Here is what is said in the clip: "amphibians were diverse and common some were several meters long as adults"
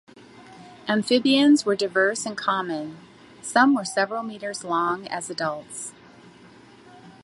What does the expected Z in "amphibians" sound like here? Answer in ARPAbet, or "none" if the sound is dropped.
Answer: Z